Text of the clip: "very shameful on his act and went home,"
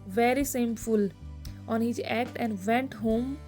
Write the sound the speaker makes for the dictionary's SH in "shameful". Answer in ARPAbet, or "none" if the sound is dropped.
S